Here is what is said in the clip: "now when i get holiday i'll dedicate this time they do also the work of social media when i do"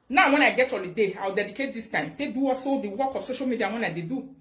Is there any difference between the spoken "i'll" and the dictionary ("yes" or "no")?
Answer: yes